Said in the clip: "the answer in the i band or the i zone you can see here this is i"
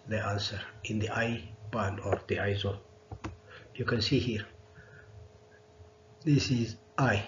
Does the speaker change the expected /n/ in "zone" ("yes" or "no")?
yes